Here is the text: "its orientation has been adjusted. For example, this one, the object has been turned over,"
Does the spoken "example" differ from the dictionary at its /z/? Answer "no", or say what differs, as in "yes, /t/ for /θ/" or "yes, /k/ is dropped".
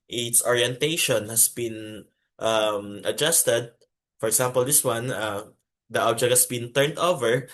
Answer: yes, /s/ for /z/